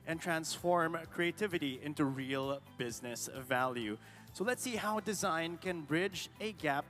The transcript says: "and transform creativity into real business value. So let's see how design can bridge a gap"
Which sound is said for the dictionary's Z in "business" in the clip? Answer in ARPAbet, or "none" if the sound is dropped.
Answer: Z